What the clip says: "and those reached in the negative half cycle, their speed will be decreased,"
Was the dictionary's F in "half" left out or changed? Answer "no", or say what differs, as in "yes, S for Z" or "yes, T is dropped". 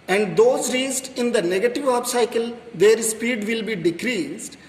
yes, P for F